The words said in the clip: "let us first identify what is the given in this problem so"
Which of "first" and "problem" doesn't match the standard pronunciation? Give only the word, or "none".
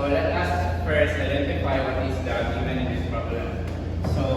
first